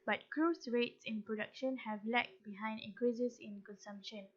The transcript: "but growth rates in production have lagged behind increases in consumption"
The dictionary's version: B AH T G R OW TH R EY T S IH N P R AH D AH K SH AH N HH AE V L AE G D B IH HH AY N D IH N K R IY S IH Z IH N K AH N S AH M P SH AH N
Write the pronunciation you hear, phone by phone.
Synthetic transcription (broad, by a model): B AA T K R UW S R EY T S IH N P R AH D AH K SH AH N HH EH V L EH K B IH HH AY N D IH K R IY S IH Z IH N K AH N S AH M P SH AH N